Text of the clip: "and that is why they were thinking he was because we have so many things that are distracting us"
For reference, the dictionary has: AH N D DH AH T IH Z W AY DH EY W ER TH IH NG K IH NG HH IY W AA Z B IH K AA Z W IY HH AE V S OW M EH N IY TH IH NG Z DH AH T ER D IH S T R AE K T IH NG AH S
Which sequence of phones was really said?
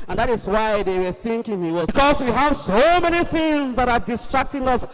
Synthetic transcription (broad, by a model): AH N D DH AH T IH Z W AY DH EY W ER TH IH NG K IH NG HH IY W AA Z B K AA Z W IY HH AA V S OW M EH N IY TH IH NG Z DH AH T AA D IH S T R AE K T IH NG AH S